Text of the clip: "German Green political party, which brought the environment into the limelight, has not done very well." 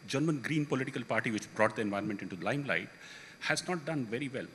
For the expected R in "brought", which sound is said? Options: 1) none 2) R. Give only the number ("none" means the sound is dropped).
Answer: 2